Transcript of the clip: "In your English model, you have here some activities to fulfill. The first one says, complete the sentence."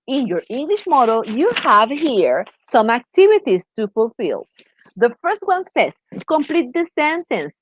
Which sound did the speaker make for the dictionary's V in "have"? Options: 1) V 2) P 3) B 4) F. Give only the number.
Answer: 1